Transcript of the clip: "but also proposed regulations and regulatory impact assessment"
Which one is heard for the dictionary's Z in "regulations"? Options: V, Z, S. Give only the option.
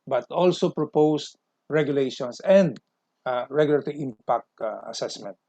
S